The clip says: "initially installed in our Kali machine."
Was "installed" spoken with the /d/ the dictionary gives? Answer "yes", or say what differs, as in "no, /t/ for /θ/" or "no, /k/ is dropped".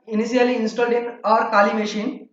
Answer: yes